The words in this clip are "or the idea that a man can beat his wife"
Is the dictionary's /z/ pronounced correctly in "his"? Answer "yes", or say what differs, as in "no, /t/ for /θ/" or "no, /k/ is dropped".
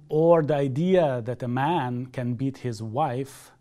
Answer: yes